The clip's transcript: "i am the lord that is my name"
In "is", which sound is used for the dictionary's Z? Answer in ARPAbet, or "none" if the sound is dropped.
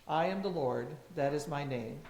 Z